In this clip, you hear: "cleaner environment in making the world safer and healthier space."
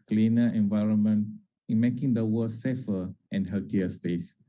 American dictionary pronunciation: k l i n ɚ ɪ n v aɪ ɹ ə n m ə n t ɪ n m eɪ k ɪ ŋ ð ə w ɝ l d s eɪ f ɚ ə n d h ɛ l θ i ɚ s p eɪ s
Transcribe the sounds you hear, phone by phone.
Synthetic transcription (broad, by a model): k l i n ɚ ɪ n v aɪ ɹ ə n m ə n t ɪ n m eɪ k ɪ ŋ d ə w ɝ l s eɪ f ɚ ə n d h ɛ l t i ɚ s p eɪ s